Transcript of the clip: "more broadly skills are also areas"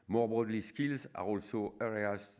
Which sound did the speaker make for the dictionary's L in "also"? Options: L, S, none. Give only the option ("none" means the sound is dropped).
L